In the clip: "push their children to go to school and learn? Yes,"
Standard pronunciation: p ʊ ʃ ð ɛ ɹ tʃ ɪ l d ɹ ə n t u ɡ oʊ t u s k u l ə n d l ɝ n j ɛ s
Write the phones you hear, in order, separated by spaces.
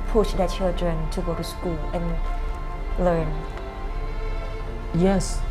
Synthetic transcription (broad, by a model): p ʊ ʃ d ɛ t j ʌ d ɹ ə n t u ɡ oʊ t u s k u l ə n l ɝ n j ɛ s